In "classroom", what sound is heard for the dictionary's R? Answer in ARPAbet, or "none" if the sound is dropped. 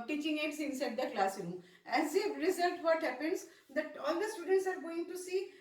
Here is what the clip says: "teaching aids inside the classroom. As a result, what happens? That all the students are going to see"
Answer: none